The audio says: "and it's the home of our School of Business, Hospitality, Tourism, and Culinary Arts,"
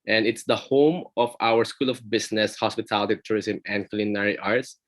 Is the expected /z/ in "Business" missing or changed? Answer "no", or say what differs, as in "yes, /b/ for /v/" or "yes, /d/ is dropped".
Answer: yes, /s/ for /z/